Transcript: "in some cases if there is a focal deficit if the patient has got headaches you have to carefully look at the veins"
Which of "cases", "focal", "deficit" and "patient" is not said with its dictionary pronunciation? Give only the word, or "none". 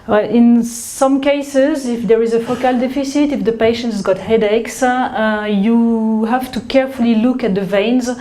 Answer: none